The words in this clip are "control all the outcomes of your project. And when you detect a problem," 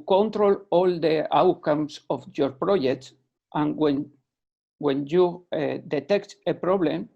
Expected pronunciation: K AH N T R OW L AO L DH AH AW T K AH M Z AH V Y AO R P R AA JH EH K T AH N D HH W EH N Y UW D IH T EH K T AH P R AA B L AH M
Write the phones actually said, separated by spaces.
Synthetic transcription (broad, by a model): K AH N T R OW L AO L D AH AW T K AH M S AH F Y AO R P R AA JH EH K T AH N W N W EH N Y UW D IH T EH K T AH P R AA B L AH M